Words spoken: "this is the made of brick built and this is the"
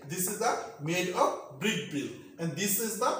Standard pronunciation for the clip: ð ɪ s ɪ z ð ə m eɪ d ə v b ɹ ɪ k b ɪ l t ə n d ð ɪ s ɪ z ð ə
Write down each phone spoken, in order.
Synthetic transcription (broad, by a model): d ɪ s ɪ z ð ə m eɪ d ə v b ɹ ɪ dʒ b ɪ l ə n d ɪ s ɪ z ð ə